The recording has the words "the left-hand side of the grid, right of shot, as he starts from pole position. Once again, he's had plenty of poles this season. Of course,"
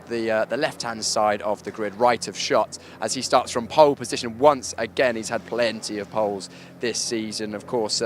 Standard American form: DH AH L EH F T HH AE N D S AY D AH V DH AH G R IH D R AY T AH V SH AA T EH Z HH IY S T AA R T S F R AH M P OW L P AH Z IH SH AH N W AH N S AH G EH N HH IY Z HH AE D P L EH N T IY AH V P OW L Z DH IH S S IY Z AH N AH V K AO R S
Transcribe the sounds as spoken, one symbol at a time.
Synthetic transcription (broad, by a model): DH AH L EH F T HH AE N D S AY D AH V DH AH G R IH D R AY T AH V SH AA T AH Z IY S T AA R T S F R AH M P OW L P AH Z IH SH AH N W AH N S AH G EH N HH IY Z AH D P L EH N T IY AH V P OW L Z DH IH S S IY Z AH N AH V K AO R S